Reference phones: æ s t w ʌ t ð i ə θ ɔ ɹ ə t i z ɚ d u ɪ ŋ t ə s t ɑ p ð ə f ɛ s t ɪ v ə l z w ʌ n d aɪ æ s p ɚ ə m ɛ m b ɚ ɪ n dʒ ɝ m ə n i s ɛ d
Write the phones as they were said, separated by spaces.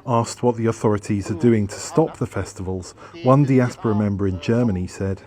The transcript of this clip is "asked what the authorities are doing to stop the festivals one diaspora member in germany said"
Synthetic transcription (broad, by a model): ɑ s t w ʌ t ð i ə θ ɔ ɹ ə t i z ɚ d u ɪ ŋ t ə s t ɑ p ð ə f ɛ s t ɪ v ə l z w ʌ n d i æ s p ɚ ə m ɛ m b ɚ ɪ n dʒ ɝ m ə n i s ɛ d